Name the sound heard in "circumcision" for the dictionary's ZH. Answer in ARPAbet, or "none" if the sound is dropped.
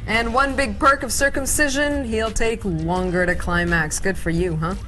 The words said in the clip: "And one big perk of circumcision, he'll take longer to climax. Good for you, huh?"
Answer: ZH